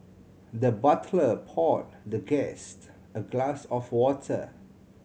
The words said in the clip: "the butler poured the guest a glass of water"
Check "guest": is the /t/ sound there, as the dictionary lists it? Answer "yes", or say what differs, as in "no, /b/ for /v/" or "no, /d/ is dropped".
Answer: yes